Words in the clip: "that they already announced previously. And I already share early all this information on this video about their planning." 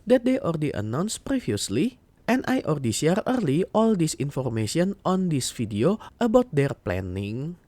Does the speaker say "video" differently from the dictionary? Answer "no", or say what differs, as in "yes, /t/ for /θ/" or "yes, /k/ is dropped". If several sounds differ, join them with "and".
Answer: yes, /f/ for /v/